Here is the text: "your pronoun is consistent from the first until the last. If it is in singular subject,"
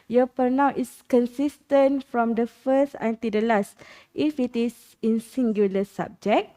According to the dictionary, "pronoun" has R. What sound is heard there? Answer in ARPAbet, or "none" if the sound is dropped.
none